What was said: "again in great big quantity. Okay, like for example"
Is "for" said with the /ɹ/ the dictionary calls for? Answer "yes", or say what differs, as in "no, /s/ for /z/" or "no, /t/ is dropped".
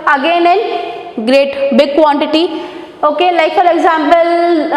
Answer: no, /l/ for /ɹ/